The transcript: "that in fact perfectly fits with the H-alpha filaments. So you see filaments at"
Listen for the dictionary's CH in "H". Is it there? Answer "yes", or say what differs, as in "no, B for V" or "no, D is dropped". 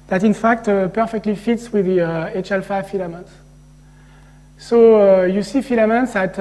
yes